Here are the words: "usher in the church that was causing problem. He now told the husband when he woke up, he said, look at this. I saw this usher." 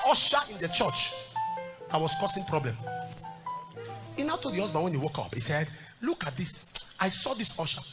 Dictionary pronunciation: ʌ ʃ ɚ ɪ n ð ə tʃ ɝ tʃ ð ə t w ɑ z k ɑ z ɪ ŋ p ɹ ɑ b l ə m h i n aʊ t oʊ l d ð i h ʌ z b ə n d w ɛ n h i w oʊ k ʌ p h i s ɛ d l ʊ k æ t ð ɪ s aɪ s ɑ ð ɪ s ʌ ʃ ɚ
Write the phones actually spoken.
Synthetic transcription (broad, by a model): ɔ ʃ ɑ ɪ n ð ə tʃ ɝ tʃ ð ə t w ɑ s k ɑ s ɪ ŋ p ɹ ɑ b l ə m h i n aʊ t oʊ l d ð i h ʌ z b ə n w ɛ n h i w oʊ k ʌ p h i s ɛ d l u k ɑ t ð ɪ s aɪ s ɑ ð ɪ s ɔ ʃ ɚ